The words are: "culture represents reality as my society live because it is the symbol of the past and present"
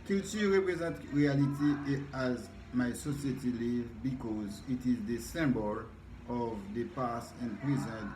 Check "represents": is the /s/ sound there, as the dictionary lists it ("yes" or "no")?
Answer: no